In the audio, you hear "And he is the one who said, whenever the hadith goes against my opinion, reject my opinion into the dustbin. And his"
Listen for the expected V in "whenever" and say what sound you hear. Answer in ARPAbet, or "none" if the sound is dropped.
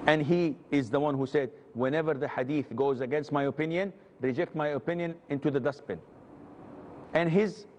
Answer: V